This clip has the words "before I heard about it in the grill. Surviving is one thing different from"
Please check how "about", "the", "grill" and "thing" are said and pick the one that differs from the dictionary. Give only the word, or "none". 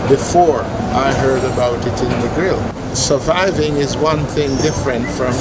none